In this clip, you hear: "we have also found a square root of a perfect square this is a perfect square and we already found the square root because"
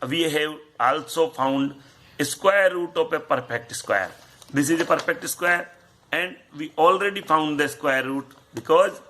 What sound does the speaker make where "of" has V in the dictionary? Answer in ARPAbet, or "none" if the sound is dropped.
P